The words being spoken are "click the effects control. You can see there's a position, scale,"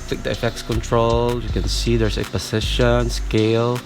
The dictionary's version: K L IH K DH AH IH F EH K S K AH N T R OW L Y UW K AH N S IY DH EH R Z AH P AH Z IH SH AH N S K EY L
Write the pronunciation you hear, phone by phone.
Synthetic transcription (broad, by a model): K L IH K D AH IH F EH K S K AH N T R OW L Y UW K AH N S IY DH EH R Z AH P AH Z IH SH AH N S K EY L